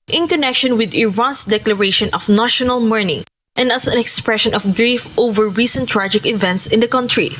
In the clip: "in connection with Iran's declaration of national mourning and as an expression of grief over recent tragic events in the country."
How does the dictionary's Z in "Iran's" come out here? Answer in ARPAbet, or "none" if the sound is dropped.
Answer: S